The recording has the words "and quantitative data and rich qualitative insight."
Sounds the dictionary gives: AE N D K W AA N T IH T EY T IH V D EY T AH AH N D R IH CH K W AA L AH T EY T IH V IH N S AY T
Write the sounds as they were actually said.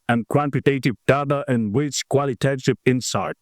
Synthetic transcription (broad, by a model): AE N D K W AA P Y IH T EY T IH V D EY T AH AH N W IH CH K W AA L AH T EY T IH P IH N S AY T